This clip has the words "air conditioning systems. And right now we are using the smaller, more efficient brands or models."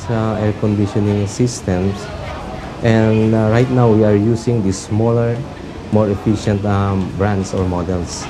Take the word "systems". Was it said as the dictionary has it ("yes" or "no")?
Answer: no